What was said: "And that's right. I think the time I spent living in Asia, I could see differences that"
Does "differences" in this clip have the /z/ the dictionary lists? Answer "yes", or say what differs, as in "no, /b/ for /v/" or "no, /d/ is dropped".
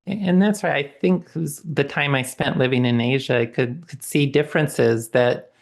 yes